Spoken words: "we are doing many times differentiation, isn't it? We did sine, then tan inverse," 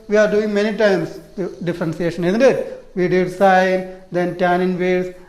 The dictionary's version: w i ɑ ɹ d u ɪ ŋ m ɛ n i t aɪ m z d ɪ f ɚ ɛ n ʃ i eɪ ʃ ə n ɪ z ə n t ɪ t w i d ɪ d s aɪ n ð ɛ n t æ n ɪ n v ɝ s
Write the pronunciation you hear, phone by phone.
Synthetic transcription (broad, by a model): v i ɑ ɹ d u ɪ ŋ m ɛ n i t aɪ m s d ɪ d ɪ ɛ n s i eɪ ʃ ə n ɪ z ə n t ɪ t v i d ɪ d s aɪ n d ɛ n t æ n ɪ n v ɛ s